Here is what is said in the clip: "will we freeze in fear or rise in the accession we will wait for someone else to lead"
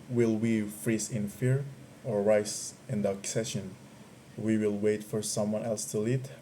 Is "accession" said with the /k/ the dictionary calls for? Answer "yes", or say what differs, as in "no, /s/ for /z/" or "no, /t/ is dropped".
yes